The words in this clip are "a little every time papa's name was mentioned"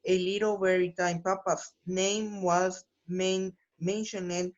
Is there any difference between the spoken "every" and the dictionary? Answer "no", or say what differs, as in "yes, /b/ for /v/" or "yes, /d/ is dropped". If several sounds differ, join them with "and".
yes, /v/ is dropped